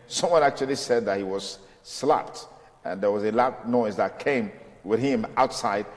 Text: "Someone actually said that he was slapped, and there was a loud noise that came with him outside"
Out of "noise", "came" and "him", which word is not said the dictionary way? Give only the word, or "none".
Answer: none